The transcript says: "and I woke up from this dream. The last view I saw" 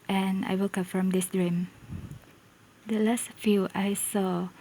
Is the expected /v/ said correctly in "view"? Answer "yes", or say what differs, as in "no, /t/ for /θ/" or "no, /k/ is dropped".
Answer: no, /f/ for /v/